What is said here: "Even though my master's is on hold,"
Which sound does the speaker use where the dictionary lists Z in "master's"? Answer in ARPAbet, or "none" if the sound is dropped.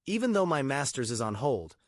Z